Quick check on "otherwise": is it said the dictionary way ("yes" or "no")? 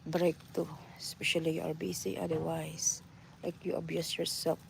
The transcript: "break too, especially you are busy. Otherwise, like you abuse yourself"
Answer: no